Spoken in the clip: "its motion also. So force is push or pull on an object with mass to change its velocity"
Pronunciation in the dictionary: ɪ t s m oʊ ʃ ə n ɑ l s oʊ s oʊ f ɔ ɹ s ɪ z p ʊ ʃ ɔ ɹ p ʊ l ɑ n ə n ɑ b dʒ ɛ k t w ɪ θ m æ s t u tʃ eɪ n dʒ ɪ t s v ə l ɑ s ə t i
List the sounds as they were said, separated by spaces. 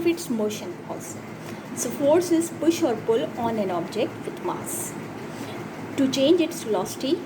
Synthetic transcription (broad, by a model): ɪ t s m oʊ ʃ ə n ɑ s s oʊ f ɔ ɹ s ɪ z p ʊ ʃ ɔ ɹ p ʊ l ɑ n ə n ɑ b dʒ ɛ k t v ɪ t m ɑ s t u tʃ eɪ n dʒ ɪ t s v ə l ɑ s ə t i